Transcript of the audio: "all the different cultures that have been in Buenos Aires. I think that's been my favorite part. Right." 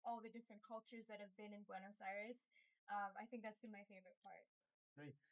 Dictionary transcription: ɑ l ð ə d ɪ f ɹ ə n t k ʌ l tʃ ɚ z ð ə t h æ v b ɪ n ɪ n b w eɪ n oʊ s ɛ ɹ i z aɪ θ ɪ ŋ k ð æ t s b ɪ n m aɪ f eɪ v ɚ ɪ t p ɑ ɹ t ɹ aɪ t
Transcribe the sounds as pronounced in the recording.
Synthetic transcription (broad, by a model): ɑ l ð ə d ɪ f ɹ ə n k ʌ l tʃ ɚ z ð ə t h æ v b ɪ n ɪ n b w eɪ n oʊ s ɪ ɹ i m aɪ θ ɪ ŋ k ð æ t s b ɪ n m aɪ f eɪ v ɚ ɪ t p ɑ ɹ t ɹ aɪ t